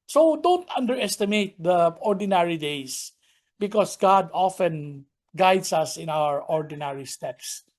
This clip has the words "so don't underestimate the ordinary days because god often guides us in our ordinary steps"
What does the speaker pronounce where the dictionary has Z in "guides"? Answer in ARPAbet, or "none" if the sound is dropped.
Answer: S